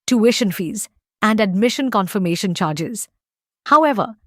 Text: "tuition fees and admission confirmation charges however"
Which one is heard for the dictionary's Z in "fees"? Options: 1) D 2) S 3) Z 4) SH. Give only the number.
3